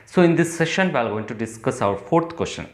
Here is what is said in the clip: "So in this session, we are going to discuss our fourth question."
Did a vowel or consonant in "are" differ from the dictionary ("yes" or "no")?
yes